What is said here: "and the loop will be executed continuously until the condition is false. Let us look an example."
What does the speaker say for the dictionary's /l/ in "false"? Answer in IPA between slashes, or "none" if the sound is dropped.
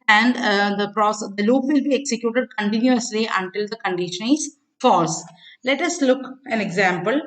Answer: none